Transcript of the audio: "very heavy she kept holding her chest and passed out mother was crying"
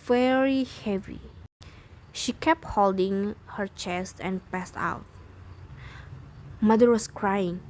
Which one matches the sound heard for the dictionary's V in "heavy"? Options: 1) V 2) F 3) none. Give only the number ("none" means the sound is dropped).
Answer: 1